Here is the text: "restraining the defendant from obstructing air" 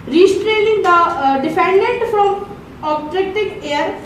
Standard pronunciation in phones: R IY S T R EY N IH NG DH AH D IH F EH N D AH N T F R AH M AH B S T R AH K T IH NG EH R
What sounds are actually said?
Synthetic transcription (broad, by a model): R IY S T R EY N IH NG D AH D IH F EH N D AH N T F R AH M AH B T R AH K T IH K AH R